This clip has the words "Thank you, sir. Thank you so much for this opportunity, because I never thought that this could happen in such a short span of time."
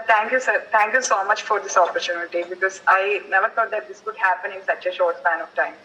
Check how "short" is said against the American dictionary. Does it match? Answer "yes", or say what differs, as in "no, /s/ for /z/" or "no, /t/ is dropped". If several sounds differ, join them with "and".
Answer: yes